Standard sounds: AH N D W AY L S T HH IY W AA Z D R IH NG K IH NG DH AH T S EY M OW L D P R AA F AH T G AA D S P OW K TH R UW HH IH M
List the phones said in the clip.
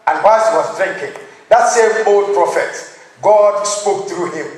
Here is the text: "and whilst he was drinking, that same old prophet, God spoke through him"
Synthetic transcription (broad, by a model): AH N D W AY S HH IY W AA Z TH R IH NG K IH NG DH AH T S EY M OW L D P R AA F AH T G AA D S P OW K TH R UW HH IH M